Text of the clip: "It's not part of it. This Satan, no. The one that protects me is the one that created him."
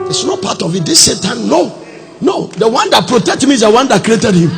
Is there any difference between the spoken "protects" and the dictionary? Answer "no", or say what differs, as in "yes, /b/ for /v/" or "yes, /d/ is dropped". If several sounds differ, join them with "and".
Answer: yes, /s/ is dropped